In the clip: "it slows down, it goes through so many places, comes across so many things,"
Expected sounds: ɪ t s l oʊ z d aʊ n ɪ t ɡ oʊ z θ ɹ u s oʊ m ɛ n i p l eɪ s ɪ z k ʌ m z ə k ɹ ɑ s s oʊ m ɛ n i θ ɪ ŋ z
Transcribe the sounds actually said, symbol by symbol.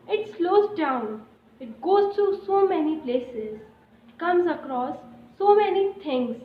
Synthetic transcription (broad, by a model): ɪ t s l oʊ z d aʊ n ɪ t ɡ oʊ z t ɹ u s oʊ m ɛ n i p l eɪ s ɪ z k ʌ m z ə k ɹ ɑ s s oʊ m ɛ n i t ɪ ŋ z